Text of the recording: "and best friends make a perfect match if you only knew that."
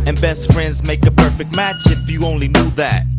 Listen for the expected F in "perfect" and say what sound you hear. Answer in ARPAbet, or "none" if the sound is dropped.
F